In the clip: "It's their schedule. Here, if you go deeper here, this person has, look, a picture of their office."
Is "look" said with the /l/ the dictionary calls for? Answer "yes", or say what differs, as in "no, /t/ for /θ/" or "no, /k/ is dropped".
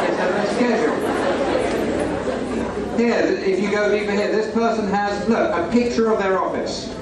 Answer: no, /n/ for /l/